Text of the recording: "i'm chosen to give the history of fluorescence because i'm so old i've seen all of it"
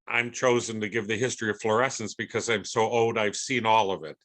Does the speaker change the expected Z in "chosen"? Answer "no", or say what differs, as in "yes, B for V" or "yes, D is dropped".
no